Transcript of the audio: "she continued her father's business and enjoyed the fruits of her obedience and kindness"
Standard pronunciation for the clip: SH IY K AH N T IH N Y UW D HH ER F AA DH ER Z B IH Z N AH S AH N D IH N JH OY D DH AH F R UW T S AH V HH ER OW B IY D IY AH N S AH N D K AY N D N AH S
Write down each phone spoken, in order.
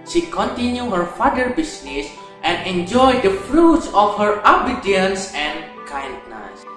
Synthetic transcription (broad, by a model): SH IY K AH N T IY N Y UW HH ER F AA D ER B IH S N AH S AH N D IH N JH OY D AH F R UW T S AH F HH ER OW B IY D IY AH N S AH N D K AY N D N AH S